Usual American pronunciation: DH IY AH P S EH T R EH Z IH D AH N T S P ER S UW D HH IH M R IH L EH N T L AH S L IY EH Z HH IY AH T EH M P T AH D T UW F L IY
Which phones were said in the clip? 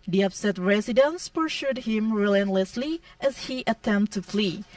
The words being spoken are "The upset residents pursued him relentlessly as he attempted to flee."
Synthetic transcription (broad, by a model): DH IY AH P S EH T R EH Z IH D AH N S P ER SH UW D HH IH M R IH L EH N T L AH S L IY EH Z HH IY T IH T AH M T UW F L IY